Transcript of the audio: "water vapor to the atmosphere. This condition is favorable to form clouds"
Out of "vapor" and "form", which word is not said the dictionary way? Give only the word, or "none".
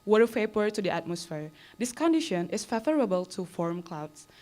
vapor